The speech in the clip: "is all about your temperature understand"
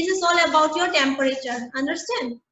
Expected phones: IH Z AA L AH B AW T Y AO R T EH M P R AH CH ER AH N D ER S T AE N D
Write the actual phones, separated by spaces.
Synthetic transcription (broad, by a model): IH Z AA L AH B AW T Y AO R T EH M P R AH CH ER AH N D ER S T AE N D